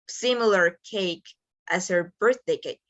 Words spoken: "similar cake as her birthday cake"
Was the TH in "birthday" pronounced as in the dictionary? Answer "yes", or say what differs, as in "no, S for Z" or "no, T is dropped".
yes